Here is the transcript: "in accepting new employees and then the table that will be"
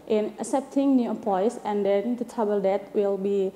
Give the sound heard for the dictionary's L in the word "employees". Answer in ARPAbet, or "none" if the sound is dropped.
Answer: none